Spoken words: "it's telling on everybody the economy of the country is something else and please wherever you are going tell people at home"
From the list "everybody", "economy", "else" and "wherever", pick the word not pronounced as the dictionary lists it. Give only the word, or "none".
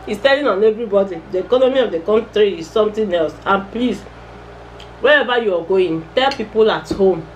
wherever